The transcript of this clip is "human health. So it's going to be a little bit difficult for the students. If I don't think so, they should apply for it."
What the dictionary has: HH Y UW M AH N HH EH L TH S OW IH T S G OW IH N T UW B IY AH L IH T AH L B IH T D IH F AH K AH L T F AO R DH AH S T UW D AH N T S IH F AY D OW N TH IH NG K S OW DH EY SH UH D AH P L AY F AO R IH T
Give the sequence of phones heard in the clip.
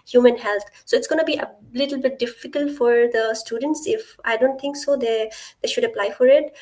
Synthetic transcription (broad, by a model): HH Y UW M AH N HH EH L T S OW IH T S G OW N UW B IY AH L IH T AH L B IH T D IH F AH K AH L T F AO R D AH S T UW D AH N T S IH F AY D OW N T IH NG K S OW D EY SH UH D AH P L AY F AO R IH T